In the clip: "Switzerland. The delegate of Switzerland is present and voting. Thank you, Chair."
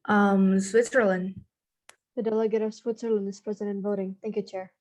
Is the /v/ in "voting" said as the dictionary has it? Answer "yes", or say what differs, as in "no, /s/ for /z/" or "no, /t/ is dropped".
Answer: yes